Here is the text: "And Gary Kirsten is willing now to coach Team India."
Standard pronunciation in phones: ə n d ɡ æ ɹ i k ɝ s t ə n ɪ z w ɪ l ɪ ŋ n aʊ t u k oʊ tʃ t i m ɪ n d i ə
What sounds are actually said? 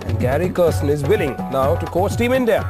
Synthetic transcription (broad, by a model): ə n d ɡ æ ɹ i k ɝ s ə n ɪ z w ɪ l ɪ ŋ n aʊ t u k oʊ s t i m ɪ n d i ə